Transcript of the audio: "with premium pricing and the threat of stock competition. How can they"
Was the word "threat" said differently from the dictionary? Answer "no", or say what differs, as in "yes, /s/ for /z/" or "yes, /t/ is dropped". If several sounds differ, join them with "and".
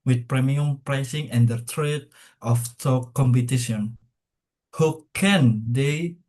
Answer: yes, /t/ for /θ/